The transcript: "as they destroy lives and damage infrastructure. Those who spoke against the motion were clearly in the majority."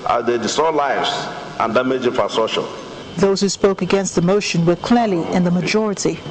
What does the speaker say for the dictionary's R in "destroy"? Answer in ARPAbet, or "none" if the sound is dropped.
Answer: none